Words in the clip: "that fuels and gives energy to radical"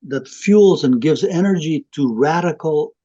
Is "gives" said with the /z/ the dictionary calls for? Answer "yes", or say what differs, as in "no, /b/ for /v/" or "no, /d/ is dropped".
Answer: yes